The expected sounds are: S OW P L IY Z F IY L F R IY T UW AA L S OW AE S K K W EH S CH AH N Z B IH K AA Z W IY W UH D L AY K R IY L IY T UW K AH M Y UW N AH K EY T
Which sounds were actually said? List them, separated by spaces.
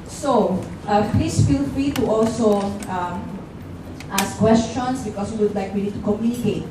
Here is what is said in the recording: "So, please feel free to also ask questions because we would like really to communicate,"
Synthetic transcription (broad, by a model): S OW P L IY S F IY L F R IY T UW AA L S OW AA S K K W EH S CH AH N S B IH K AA S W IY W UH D L AY K W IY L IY T UW K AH M Y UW N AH K EY T